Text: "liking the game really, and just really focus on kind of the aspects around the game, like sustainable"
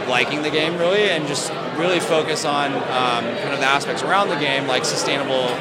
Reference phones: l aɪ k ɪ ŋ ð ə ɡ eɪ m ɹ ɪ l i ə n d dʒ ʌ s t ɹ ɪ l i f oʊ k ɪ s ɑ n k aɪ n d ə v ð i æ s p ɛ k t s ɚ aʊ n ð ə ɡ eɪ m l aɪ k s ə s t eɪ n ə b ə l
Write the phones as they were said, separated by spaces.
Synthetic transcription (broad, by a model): l aɪ k ɪ ŋ ð ə ɡ eɪ m ɹ ɪ l i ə n dʒ ʌ s t ɹ ɪ l i f oʊ k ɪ s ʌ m k aɪ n ə v ð i æ s p ɛ k t s ɚ aʊ n ð ə ɡ eɪ m l aɪ k s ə s t eɪ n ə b l